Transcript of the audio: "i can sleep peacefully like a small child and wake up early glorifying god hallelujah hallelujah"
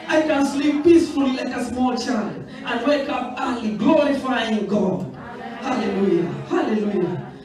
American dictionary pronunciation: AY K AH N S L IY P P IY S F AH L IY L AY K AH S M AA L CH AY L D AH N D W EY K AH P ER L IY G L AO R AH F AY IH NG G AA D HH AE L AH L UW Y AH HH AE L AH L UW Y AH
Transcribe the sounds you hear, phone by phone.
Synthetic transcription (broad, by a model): AY K AH N S L IY P P IY S F AH L IY L AY K AH S M AA L CH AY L AH N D W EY K AH P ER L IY G L AO R AH F AY IH NG G AA D HH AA L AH L UW Y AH HH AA L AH L UW Y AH